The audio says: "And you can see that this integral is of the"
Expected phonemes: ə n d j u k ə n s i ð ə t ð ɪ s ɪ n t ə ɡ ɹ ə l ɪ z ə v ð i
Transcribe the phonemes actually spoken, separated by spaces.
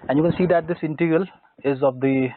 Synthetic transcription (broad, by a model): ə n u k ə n s i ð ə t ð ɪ s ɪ n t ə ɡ ə l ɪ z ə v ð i